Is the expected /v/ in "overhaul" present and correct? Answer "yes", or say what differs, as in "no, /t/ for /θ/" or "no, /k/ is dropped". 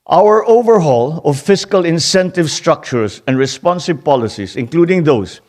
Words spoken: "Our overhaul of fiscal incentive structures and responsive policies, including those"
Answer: yes